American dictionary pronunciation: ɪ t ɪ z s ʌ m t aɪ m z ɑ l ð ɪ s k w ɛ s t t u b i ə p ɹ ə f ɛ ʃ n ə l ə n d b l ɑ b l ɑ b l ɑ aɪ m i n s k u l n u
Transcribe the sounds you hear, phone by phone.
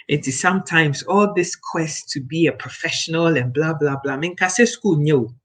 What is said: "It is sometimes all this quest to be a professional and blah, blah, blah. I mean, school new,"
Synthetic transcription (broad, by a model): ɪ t ɪ z s ʌ m t aɪ m z ɑ l ð ɪ s k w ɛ s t t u b i ə p ɹ ə f ɛ ʃ n ə l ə n b l ɑ b l ɑ b l ɑ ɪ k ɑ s s k u l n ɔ